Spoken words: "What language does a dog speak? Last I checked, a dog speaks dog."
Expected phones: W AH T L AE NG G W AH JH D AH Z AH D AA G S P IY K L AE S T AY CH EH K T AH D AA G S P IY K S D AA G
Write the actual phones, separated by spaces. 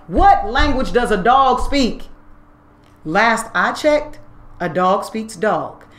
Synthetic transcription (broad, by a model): W AH T L AE NG G W AH JH D AH Z AH D AA G S P IY K L AE S T AY CH EH K T AH D AA G S P IY K S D AA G